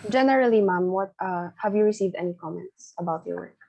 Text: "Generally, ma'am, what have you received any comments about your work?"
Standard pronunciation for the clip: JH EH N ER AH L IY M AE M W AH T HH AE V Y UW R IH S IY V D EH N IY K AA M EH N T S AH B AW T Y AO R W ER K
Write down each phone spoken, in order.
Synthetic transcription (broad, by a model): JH EH N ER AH L IY M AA M W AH T HH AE V Y UW R IH S IY V D EH N IY K AA M EH N T S AH B AW T Y AO R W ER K